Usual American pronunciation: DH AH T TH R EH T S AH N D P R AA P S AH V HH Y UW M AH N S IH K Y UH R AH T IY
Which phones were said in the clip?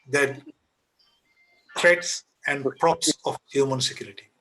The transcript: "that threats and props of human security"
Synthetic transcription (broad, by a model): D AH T T R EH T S AH N D P R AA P S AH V HH Y UW M AH N S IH K Y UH R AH T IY